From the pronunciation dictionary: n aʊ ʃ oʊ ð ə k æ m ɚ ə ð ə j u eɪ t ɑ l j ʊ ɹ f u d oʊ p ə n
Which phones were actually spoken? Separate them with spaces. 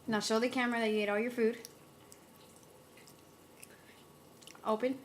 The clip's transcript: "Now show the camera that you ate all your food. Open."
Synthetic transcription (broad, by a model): n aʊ s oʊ ð ə k æ m ɚ ə ð ə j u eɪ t ɑ l j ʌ ɹ f u d oʊ p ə n